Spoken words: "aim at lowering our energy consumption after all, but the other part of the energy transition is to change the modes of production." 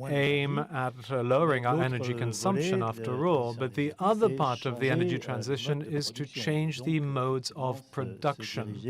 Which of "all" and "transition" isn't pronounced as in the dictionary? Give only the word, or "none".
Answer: none